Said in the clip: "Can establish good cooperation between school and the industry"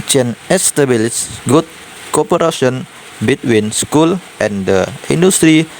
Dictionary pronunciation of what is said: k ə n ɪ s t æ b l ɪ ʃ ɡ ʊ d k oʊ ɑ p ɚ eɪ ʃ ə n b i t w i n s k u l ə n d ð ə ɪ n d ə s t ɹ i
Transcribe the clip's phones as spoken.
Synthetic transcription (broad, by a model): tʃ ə n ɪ s t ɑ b l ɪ s ɡ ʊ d k oʊ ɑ p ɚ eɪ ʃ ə n b i t w i n s k u l ə n d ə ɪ n d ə s t ɹ i